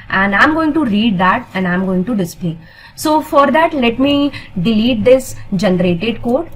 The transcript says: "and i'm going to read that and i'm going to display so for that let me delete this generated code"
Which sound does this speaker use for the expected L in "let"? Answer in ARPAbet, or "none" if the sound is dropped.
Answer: L